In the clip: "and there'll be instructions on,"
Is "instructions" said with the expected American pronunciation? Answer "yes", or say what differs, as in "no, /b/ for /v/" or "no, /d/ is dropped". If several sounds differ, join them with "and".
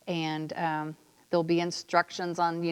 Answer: yes